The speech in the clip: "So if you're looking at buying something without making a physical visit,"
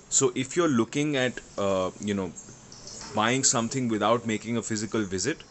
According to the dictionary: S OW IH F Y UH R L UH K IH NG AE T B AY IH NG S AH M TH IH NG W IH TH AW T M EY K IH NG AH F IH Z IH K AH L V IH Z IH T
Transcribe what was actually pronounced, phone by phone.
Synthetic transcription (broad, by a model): S OW IH F Y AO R L UH K IH NG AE T B AY IH NG S AH M T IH NG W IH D AW T M EY K IH NG AH F IH Z IH K AH L V IH Z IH T